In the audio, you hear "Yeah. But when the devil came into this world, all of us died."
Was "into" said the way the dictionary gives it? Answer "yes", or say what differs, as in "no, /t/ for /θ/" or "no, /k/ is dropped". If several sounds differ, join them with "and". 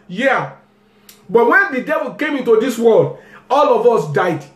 yes